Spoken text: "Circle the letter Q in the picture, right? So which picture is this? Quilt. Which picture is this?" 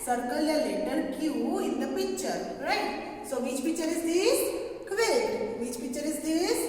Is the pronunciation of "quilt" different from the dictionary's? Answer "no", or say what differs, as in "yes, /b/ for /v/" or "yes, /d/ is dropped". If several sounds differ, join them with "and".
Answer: yes, /l/ is dropped